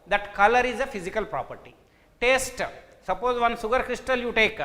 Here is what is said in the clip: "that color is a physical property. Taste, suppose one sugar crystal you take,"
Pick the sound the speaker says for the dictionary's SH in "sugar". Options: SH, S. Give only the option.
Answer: S